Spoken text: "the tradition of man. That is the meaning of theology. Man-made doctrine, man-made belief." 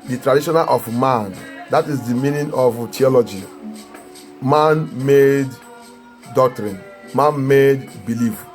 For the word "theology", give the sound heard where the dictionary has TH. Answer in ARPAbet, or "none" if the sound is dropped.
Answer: T